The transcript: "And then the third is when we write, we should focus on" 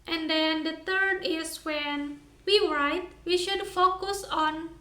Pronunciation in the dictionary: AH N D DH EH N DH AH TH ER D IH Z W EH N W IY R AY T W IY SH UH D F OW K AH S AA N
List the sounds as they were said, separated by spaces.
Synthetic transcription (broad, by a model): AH N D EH N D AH T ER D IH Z W EH N W IY R AY T W IY SH UH D F OW K AH S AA N